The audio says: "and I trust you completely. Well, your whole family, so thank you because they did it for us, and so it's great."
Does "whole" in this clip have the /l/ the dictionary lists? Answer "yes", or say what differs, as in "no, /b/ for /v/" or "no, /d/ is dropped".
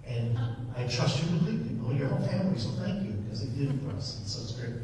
no, /n/ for /l/